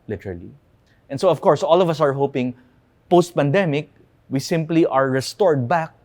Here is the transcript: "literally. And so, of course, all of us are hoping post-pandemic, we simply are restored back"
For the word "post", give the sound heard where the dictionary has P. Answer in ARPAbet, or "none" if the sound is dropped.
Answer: P